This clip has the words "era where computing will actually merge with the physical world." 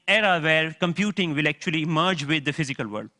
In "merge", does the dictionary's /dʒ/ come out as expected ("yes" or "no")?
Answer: yes